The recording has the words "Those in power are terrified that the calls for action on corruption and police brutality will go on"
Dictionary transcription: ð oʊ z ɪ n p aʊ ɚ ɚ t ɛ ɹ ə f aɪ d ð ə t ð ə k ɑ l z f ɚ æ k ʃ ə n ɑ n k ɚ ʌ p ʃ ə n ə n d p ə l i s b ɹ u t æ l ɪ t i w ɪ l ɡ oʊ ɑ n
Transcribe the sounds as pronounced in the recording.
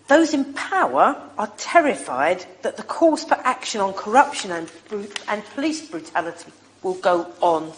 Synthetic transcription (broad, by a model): ð oʊ z ɪ n p aʊ ɚ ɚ t ɛ ɹ ə f aɪ d ð ə t ð ə k ɑ z f ɚ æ k ʃ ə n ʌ n k ɚ ʌ p ʃ ə n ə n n p ə l i s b ɹ u t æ l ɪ t i w ɪ l ɡ oʊ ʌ n